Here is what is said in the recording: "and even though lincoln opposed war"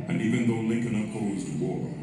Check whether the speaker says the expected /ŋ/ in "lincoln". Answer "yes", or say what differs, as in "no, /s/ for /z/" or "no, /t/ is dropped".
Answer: yes